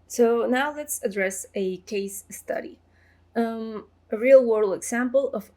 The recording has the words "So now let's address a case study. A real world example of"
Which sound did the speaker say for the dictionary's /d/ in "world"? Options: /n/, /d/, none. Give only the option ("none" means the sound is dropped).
none